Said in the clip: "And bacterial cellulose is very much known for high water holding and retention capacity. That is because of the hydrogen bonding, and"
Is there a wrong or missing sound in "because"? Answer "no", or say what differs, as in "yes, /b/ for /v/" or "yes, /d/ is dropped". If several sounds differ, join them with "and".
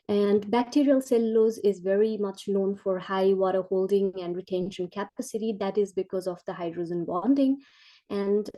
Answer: no